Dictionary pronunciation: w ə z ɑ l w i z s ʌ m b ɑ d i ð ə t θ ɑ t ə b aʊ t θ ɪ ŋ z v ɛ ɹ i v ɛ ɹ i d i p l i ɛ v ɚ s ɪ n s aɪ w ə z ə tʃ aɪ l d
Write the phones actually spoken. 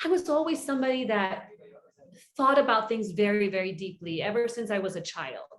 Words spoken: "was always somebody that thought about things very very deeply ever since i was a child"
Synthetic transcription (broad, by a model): w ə z ɑ l w i z s ʌ m b ɑ d i ð ə t θ ɑ t ə b aʊ t θ ɪ ŋ z v ɛ ɹ i v ɛ ɹ i d i p l i ɛ v ɚ s ɪ n s aɪ w ə z ə tʃ aɪ l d